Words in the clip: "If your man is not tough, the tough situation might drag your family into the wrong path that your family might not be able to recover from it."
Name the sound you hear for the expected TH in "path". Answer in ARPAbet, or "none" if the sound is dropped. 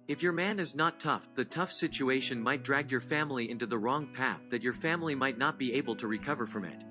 TH